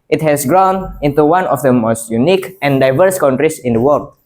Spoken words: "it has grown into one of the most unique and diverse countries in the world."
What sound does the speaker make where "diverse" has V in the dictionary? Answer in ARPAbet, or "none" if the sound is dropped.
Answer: V